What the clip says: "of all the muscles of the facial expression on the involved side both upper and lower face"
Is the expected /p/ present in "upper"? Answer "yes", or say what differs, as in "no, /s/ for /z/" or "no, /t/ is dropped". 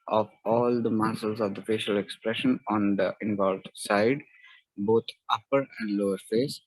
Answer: yes